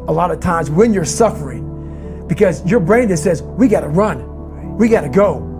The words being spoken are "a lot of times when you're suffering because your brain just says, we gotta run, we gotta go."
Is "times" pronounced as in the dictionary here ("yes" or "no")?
yes